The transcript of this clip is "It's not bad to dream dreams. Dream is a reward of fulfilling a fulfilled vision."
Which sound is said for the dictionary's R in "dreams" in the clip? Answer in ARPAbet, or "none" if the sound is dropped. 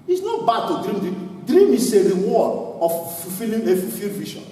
none